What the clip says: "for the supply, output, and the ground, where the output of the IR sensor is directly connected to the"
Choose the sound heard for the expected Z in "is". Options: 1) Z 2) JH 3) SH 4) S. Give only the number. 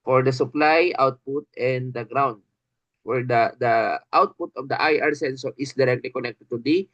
4